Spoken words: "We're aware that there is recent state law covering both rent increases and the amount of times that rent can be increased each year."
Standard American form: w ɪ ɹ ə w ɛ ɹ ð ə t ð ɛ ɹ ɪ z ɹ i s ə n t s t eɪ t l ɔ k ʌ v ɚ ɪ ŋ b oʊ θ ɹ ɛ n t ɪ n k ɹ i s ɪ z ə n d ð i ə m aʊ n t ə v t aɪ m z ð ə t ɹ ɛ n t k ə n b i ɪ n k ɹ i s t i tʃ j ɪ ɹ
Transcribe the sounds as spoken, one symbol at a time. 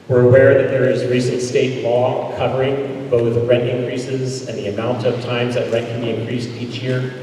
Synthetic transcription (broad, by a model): w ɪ ɹ ə w ɛ ɹ ð ə t ð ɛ ɹ ɪ z ɹ i s ə n t s t eɪ t l ɔ k ʌ v ɚ ɪ ŋ b oʊ θ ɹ ɛ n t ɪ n k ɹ i s ɪ z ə n ð i ə m aʊ n t ə v t aɪ m z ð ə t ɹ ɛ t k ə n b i ɪ n k ɹ i s t i tʃ j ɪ ɹ